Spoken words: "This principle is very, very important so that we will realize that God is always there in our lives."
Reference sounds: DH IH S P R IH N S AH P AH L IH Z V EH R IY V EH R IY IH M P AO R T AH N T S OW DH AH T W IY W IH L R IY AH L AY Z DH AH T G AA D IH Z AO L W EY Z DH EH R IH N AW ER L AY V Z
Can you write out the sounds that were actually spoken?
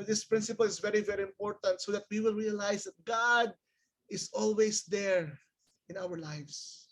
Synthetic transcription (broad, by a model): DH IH S P R IH N S AH P AH L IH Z V EH R IY V EH R IY IH M P AO R T AH N T S OW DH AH T W IY W IH L R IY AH L AY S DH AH T G AA D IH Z AO L W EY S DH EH R IH N AW ER L AY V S